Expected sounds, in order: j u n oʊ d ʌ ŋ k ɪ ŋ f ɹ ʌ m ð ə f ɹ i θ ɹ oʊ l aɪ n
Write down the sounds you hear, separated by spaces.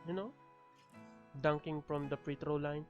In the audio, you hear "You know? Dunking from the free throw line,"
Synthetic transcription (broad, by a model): j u n oʊ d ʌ ŋ k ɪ ŋ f ɹ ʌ m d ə p ɹ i t ɹ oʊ l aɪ n